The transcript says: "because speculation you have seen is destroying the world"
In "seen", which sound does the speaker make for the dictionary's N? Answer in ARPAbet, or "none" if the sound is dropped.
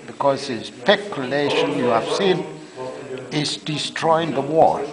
N